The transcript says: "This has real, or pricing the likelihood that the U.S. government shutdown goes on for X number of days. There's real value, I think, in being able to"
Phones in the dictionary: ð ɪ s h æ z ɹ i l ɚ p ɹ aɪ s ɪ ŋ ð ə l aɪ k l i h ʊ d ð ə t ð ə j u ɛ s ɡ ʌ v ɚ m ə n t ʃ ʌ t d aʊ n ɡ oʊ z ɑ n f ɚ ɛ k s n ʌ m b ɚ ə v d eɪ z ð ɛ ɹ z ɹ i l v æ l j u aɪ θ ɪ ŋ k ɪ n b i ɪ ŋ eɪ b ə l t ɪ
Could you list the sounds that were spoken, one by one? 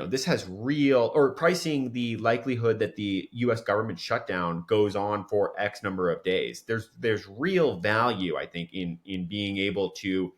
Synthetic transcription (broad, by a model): ð ɪ s h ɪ z ɹ i l ɚ p ɹ aɪ s ɪ ŋ ð ə l aɪ k l i h ʊ d ð ə t ð ə j u ɛ s ɡ ʌ v ɚ m ə n t ʃ ʌ t d aʊ n ɡ oʊ z n f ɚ ɛ k s n ʌ m b ɚ ə v d eɪ z ð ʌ ɹ z ɹ i l v æ l j u aɪ θ ɪ ŋ k ɪ n b i ɪ ŋ eɪ b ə l t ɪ